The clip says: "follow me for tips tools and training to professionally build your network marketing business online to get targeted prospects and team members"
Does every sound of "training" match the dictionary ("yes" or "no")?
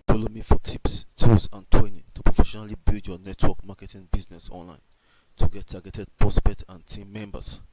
no